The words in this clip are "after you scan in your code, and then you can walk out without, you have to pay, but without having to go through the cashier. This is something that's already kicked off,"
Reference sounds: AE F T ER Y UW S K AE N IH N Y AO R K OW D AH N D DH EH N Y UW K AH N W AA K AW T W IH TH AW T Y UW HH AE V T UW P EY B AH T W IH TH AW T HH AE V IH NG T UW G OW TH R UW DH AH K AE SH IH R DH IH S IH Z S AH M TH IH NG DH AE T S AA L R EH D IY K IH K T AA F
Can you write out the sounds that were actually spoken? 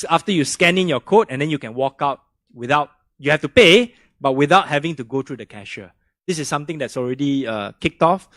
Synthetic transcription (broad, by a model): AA F T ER Y UW S K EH N IH N Y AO K OW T AH N D EH N Y UW K AH N W AA K AW T W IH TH AW T Y UW HH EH F T UW P EY B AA T W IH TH AW T HH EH V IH NG T UW G OW T R UW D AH K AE SH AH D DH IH S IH S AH M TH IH NG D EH T S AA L R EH D IY K IH K T AA F